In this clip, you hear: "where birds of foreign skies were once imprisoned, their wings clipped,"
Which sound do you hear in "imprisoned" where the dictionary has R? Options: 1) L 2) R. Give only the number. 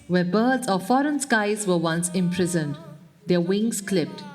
2